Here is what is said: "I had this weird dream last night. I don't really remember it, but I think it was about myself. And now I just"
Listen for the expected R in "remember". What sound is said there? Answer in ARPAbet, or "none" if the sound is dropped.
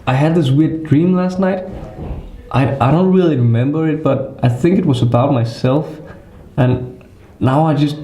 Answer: R